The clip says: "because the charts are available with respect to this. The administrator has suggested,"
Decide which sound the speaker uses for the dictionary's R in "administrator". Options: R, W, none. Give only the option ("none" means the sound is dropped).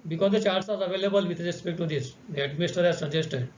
none